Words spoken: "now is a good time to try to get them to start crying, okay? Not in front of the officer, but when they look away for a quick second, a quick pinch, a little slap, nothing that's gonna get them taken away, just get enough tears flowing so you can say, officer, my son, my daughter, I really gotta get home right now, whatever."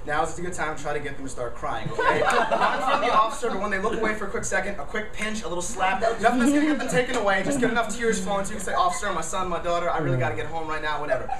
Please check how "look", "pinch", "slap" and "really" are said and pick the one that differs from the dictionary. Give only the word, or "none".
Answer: none